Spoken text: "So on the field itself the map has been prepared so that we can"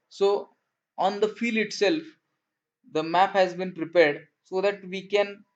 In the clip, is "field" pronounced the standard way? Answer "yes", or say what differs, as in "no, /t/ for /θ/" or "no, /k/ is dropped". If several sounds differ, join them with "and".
no, /d/ is dropped